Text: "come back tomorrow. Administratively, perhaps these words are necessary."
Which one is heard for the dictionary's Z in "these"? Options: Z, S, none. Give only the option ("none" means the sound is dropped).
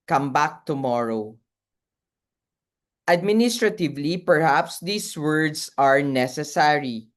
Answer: S